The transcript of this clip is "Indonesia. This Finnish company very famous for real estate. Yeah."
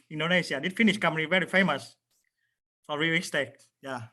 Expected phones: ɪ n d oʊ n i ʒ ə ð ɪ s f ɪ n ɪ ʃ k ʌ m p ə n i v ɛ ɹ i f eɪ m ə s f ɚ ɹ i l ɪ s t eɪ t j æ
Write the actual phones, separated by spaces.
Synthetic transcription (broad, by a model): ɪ n d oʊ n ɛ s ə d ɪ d f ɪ n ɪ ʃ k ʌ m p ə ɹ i v ɛ ɹ i f eɪ m ə s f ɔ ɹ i w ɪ s t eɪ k j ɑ